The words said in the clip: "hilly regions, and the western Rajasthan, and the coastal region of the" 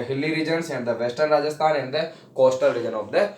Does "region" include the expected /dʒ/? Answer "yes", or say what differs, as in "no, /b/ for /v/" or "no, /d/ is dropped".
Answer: yes